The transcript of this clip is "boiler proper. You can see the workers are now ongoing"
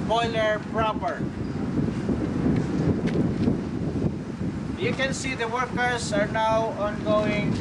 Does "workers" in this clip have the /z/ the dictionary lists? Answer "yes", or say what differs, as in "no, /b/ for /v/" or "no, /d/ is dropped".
no, /s/ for /z/